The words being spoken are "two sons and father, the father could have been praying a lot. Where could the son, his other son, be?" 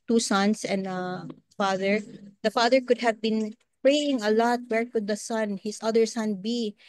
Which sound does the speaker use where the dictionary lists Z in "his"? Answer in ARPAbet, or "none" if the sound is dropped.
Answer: S